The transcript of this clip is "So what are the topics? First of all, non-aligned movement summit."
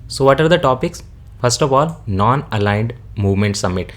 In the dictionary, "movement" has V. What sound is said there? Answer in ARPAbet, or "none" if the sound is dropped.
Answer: V